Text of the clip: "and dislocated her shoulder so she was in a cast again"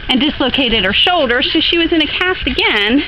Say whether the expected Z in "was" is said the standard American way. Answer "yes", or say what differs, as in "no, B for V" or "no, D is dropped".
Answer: yes